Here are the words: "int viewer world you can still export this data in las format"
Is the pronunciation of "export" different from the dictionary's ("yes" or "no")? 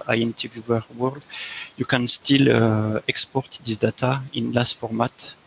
no